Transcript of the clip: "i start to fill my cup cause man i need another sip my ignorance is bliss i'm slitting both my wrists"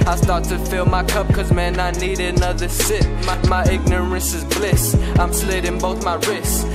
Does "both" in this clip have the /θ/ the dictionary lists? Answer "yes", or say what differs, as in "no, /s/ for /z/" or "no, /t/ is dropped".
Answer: yes